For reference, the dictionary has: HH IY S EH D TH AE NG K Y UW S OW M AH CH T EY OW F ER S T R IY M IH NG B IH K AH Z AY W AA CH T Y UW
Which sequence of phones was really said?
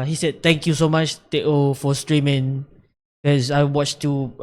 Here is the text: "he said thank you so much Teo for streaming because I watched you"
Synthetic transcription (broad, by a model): HH IY S EH D T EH NG K Y UW S OW M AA CH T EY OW F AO S T R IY M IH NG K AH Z AY W AA CH T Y UW